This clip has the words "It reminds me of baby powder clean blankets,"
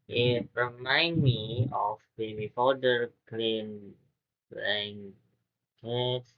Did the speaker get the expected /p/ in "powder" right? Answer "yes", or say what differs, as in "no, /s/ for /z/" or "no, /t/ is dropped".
no, /f/ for /p/